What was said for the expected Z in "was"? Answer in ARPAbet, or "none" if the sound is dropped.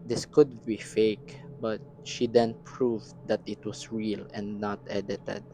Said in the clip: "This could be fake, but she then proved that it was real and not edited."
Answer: S